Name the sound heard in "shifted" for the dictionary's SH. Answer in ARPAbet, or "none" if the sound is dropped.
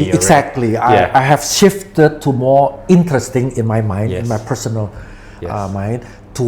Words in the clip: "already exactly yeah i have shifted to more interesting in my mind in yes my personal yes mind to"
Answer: SH